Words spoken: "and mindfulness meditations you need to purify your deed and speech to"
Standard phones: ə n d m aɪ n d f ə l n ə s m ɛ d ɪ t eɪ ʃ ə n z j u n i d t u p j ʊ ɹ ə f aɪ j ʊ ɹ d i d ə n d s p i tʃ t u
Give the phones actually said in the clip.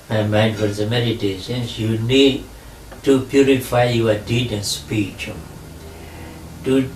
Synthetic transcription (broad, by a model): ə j m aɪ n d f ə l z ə m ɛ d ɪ t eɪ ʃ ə n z j u n i d t u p j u ɹ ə f aɪ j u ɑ d i d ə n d s p i tʃ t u